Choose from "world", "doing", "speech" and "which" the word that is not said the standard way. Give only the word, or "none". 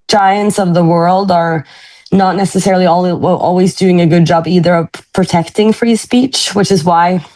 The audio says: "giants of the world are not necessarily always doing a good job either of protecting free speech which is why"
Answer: none